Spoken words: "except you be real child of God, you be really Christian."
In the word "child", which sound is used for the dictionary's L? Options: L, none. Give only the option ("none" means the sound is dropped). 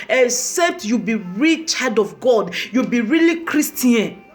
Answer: none